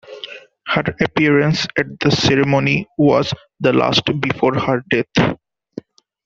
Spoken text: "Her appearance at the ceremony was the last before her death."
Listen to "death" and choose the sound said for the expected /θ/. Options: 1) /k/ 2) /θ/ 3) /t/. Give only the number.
3